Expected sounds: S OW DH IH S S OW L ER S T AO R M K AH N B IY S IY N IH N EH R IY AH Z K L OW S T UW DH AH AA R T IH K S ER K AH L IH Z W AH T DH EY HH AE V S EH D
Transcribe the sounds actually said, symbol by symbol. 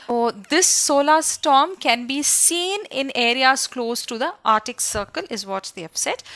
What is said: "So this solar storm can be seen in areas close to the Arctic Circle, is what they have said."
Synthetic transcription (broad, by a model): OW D IH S S OW L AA S T AO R M K AH N B IY S IY N IH N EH R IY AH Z K L OW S T UW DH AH AA R T IH K S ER K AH L IH Z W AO T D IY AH P S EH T